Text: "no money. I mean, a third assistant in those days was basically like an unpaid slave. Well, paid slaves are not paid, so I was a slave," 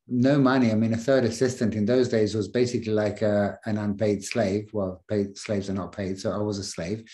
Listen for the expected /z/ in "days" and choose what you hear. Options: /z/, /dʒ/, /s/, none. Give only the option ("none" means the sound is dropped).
/z/